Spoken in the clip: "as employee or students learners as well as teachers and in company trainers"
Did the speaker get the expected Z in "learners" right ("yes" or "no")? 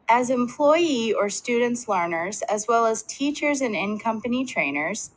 yes